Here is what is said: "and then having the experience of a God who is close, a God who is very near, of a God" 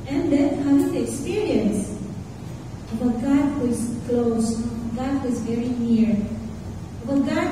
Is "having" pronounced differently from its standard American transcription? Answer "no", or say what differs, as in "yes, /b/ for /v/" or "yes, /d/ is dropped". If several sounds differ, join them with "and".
yes, /v/ is dropped